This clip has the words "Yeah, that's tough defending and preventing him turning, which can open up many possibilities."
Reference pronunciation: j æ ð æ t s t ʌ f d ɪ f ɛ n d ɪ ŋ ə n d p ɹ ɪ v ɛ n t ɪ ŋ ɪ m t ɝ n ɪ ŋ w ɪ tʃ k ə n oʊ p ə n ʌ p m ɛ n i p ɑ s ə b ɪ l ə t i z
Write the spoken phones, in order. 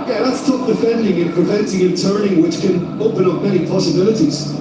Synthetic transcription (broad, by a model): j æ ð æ t s t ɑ p d ɪ f ɛ n d ɪ ŋ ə n p ɹ ɪ v ɛ n t ɪ ŋ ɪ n t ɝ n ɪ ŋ w ɪ tʃ k ə n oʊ p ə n ʌ p m ɛ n i p ɑ s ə b ɪ l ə t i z